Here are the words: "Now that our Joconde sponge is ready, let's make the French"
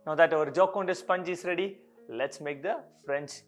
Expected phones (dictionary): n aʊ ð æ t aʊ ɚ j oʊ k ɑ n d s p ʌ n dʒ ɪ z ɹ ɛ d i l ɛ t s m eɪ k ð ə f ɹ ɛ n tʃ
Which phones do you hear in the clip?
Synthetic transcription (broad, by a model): n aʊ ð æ t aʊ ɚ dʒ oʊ k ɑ n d s p ʌ n dʒ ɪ s ɹ ɛ d i l ɛ t s m eɪ k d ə f ɹ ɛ n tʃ